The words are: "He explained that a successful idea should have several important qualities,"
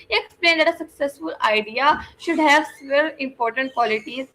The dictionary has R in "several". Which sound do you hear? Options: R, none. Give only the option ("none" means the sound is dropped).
none